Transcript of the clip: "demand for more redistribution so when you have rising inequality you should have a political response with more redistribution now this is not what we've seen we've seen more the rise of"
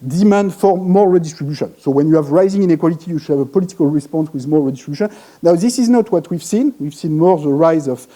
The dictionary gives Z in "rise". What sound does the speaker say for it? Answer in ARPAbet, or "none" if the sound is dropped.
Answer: Z